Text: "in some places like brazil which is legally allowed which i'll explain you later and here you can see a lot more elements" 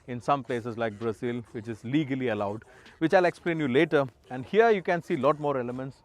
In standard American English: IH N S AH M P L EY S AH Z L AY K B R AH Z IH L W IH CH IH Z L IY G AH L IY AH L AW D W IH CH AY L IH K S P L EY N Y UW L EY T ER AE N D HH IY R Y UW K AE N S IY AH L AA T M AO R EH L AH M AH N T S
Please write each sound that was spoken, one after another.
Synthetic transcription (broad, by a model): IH N S AH M P L EY S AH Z L AY K B R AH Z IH L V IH CH IH Z L IY G AH L IY AH L AW D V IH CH AY L IH K S P L EY N Y UW L EY T ER AE N D HH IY R Y UW K AE N S IY L AA T M AO R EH L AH M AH N T S